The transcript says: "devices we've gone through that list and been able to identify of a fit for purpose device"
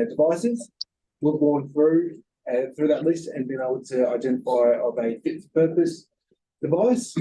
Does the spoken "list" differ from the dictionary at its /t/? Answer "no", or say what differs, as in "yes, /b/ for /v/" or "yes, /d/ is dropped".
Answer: no